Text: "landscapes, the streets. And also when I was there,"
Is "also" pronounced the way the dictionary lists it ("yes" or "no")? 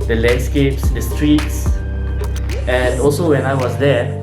yes